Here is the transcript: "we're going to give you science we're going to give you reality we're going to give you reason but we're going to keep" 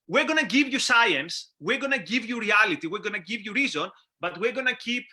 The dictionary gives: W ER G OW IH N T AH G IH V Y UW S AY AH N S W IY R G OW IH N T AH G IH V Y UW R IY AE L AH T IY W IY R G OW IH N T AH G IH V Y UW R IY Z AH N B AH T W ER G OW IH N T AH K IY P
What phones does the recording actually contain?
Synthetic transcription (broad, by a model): W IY G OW N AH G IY V Y UW S AY AH N S W IY R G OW N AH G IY V Y UW R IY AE L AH T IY W IY R G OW N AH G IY V Y UW R IY Z AH N B AH T W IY G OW N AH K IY P